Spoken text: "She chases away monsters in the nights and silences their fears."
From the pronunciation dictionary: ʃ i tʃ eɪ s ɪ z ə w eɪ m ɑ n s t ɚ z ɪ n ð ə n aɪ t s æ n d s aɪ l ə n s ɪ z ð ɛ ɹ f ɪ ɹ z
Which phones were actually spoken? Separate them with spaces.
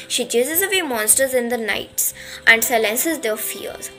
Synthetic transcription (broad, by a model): ʃ i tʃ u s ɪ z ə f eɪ m ɑ n s t ɚ z ɪ n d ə n aɪ t s æ n d s aɪ l ə n s ɪ z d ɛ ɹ f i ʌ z